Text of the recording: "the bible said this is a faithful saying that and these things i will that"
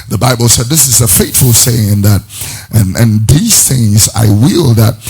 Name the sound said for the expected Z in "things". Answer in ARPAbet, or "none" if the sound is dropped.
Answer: Z